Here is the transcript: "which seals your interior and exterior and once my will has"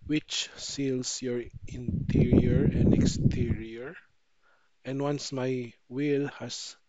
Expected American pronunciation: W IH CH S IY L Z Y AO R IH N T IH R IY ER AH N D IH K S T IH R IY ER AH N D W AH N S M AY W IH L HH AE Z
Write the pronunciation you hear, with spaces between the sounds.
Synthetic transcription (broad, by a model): W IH CH S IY L S Y AO R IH N T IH R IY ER AH N D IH K S T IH R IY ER AH N D W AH N S M AY W IH L HH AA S